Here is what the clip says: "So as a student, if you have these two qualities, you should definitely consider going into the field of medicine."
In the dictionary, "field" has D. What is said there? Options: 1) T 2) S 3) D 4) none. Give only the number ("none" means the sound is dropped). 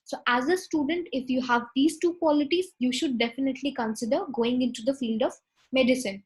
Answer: 3